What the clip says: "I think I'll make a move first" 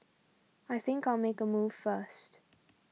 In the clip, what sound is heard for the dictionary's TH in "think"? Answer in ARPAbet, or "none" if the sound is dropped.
TH